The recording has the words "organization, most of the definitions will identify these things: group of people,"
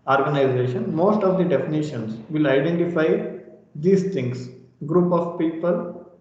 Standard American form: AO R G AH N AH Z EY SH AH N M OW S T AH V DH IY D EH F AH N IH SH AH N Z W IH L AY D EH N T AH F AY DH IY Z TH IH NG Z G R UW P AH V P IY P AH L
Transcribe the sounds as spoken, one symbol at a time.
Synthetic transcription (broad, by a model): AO R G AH N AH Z EY SH AH N M OW S T AH V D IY D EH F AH N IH SH AH N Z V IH L AY D EH N T AH F AY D IY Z T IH NG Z G R UW P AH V P IY P AH L